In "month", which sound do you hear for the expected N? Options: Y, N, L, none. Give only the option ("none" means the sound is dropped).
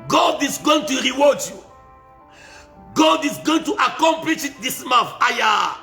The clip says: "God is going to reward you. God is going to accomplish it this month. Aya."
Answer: none